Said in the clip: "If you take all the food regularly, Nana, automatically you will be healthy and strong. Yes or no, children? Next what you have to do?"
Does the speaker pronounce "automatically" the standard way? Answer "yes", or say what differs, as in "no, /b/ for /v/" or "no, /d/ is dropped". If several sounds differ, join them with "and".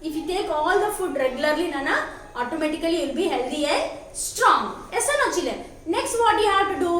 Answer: no, /l/ is dropped